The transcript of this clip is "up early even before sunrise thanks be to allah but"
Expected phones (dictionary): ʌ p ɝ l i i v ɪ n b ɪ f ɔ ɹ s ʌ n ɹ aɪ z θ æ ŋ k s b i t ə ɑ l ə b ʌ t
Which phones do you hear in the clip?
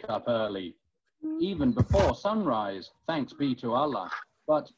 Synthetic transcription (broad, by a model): ʌ p ɝ l i i v ɪ n b ɪ f ɔ ɹ s ʌ n ɹ aɪ z θ æ ŋ k s b i t ə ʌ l ə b ʌ t